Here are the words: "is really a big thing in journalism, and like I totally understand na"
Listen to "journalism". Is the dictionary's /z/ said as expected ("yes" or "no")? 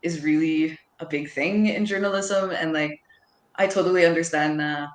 yes